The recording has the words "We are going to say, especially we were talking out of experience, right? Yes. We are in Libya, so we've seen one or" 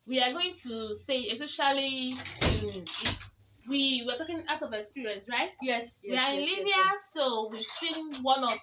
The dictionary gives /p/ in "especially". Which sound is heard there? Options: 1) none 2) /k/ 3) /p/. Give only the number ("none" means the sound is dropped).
1